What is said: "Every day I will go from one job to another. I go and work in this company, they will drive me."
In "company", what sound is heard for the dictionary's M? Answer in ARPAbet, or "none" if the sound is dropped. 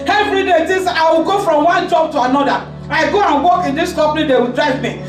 none